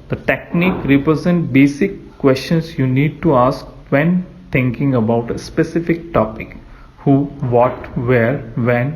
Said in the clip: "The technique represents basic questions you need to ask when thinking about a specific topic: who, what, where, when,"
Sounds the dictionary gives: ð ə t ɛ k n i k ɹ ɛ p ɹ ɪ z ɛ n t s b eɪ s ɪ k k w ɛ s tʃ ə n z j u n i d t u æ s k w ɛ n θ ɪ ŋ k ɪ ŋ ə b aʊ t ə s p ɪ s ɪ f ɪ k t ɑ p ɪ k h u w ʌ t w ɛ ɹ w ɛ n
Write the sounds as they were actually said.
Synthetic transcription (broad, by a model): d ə t ɛ k n i k ɹ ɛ p ɹ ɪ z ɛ n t b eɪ s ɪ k k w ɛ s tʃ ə n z j u n i d t u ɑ s k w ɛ n t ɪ ŋ k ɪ ŋ ə b aʊ t ə s p ɪ s ɪ f ɪ k t ɑ p ɪ k h u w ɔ t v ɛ ɹ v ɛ n